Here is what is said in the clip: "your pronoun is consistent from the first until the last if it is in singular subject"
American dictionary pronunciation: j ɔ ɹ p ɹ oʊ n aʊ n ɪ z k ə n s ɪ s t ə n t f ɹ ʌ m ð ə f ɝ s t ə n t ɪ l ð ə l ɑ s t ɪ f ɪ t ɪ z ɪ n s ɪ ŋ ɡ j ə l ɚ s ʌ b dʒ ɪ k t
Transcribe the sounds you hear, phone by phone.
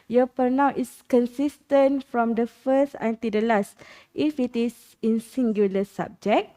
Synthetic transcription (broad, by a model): j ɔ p oʊ n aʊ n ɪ s k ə n s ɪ s t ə n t f ɹ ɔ m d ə f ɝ s t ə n t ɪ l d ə l ɑ s t ɪ f ɪ t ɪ s ɪ n s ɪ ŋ ɡ j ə l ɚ s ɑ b dʒ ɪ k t